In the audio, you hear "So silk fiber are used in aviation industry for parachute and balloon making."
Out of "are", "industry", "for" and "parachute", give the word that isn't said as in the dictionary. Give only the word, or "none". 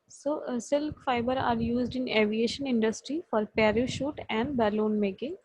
none